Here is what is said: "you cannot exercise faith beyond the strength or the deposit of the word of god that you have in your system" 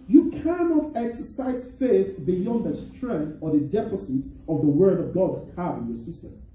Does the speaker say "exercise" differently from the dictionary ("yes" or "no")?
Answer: no